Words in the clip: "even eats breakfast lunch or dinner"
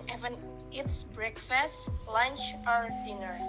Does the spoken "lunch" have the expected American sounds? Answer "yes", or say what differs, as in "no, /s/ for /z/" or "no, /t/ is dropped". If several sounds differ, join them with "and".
yes